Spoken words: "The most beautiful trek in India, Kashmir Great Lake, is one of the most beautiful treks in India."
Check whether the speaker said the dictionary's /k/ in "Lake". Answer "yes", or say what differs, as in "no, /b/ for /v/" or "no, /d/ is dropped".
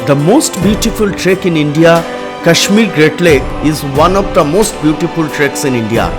no, /k/ is dropped